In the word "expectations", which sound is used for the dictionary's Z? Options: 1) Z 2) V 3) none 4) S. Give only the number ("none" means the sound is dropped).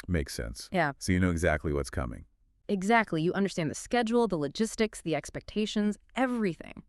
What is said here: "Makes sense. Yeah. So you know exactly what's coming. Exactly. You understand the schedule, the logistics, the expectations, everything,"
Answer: 1